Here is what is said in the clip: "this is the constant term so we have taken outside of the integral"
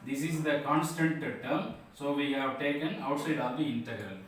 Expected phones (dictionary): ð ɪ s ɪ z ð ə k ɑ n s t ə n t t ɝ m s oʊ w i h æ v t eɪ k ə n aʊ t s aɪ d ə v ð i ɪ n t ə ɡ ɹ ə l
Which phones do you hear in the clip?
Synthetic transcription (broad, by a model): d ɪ s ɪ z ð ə k ɑ n s t ə n t t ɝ m s oʊ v i h æ v t eɪ k ə n aʊ t s aɪ d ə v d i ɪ n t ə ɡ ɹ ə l